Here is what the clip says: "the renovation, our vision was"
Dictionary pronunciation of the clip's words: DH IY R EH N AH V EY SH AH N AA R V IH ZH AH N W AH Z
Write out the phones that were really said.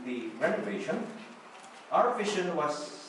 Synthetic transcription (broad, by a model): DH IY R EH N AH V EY SH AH N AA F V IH SH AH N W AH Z